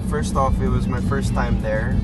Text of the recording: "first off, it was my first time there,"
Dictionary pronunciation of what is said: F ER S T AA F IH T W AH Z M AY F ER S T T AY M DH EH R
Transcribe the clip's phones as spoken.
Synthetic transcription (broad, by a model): F ER S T AA F IH T W AH Z M AY F ER S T T AY M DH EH R